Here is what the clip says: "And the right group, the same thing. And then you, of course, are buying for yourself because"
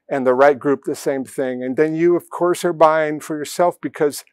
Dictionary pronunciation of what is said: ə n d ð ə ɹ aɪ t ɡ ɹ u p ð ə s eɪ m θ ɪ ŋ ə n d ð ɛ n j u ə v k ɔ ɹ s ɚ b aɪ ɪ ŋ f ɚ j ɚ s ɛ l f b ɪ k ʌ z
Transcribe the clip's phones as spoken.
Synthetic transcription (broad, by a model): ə n ð ə ɹ aɪ t ɡ ɹ u p ð ə s eɪ m θ ɪ ŋ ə n ð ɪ n j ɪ ə v k ɔ ɹ s ɚ b aɪ ɪ ŋ f ɚ j ɚ s ɛ l f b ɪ k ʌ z